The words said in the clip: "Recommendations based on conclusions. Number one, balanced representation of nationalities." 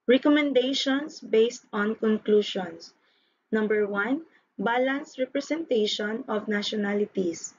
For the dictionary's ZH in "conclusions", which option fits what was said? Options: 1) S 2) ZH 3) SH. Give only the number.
3